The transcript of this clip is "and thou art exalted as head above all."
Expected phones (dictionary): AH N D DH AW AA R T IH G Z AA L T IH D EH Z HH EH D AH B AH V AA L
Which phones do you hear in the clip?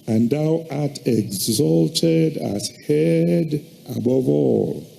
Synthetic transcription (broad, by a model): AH N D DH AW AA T IH G Z AA L T IH D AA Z HH EH D AH B AH V AA L